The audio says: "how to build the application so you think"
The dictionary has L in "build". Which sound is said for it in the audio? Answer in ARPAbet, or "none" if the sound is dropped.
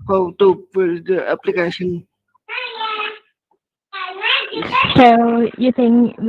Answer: none